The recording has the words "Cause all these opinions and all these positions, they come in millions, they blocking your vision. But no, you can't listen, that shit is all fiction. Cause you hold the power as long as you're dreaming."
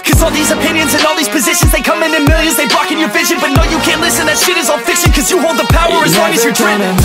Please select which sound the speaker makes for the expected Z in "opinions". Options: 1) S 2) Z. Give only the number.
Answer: 2